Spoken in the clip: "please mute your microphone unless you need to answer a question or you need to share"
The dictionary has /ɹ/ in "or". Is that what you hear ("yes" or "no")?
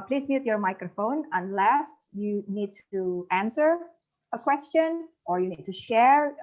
yes